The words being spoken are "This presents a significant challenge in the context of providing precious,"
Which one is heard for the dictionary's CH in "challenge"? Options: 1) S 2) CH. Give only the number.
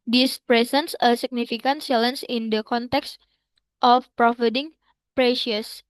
1